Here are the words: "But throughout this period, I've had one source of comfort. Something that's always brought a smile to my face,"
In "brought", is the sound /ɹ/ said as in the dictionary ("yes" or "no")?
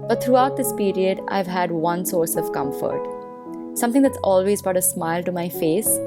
no